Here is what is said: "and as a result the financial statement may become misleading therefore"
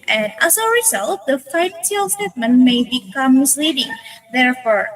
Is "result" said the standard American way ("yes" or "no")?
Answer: yes